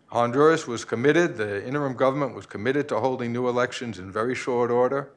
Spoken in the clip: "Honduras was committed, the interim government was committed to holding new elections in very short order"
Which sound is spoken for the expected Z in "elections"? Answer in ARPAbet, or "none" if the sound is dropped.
Z